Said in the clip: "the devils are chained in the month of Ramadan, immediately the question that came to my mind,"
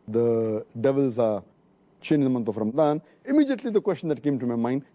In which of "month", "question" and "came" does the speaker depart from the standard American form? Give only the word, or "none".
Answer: month